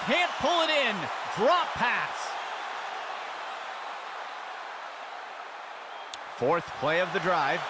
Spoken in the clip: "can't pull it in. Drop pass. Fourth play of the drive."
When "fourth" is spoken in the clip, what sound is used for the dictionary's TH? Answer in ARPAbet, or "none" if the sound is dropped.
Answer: TH